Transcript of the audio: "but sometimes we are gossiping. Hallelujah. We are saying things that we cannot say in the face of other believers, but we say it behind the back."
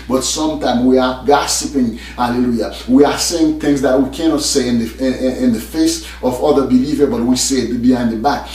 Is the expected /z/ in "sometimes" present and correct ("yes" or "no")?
no